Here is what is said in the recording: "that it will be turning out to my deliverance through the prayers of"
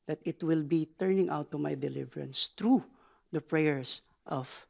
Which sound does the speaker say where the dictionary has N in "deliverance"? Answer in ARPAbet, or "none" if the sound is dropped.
N